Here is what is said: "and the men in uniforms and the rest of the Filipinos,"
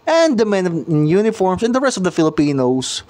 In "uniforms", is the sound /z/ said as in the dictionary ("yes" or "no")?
no